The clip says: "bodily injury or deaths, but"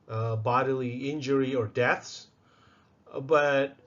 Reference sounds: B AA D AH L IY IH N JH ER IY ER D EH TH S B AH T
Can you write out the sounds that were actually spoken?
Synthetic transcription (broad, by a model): B AA D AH L IY IH N JH ER IY ER D EH TH S B AH T